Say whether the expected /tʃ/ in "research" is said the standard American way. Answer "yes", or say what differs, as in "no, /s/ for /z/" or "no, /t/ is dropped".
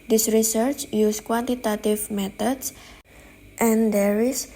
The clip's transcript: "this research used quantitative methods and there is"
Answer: yes